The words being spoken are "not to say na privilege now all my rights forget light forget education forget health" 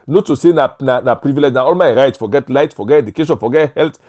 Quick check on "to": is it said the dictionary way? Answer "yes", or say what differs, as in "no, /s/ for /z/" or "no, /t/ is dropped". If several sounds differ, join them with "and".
no, /s/ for /t/